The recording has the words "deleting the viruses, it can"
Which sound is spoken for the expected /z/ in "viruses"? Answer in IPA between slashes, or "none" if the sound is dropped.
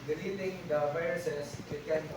/s/